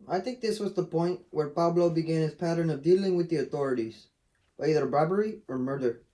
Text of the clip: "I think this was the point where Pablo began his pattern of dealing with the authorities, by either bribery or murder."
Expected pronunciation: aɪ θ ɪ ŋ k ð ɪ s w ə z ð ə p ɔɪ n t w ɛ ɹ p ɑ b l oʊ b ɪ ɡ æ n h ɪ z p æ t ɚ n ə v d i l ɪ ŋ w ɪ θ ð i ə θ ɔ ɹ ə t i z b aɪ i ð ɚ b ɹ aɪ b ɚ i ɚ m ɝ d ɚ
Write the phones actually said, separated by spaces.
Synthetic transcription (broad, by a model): aɪ θ ɪ ŋ k ð ɪ s w ə z ð ə p ɔɪ n t w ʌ ɹ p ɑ b l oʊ b ɪ ɡ æ n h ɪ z p æ t ɚ n ə v d i l ɪ ŋ w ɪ ð i ə θ ɔ ɹ ə t i z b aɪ i ð ɚ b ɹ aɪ b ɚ i ɚ m ɝ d ɚ